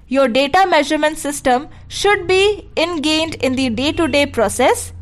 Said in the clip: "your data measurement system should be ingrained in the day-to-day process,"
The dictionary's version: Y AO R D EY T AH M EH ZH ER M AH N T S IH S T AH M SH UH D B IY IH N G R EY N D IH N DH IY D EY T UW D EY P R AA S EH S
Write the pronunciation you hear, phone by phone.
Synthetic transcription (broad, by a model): Y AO R D EY T AH M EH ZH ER M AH N T S IH S T AH M SH UH D B IY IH N G EY N D IH N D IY D EY T UW D EY P R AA S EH S